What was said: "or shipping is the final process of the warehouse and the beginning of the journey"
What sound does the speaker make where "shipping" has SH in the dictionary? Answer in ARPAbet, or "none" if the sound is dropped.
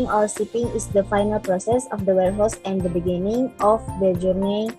S